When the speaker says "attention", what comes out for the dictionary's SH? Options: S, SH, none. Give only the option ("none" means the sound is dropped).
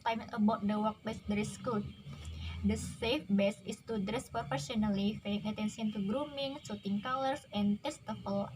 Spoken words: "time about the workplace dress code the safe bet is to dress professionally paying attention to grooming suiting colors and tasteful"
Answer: S